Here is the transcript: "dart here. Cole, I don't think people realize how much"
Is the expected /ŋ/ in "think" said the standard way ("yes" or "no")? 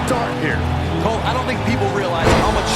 yes